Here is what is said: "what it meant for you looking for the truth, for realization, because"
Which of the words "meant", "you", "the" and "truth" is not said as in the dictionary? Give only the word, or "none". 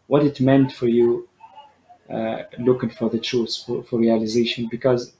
truth